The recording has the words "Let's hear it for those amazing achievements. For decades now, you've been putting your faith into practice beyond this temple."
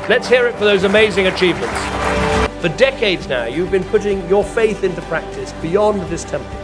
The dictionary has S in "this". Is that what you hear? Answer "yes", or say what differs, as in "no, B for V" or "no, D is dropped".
yes